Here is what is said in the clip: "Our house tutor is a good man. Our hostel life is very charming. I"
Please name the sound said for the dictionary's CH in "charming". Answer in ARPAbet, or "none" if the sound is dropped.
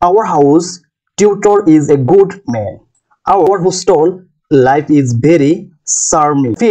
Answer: S